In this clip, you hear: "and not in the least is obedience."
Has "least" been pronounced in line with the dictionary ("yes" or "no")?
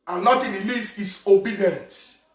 no